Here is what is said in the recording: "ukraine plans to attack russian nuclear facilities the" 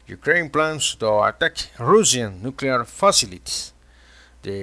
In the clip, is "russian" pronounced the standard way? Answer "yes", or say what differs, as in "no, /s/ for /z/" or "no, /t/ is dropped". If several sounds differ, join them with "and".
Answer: no, /s/ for /ʃ/